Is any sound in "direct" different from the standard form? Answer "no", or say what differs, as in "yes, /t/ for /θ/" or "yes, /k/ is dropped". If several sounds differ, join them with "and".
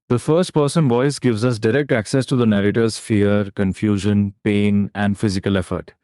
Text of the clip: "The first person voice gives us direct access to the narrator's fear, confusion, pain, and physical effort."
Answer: no